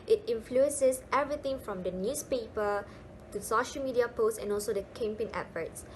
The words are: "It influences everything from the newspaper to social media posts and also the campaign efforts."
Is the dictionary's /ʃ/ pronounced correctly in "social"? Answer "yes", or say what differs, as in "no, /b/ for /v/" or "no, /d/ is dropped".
yes